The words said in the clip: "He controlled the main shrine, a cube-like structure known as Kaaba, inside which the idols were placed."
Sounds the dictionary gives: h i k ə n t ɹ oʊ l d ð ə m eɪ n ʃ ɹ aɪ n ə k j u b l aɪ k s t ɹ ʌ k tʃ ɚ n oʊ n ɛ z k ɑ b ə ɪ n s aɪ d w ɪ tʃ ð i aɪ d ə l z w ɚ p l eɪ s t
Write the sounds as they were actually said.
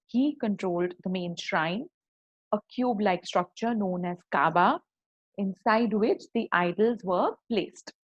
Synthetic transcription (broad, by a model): h i k ə n t ɹ oʊ l d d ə m eɪ n ʃ ɹ aɪ n ə k j u b l aɪ k s t ɹ ʌ k tʃ ɚ n oʊ n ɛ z k ɑ b ə ɪ n s aɪ d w ɪ tʃ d i aɪ d ə l z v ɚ p l eɪ s t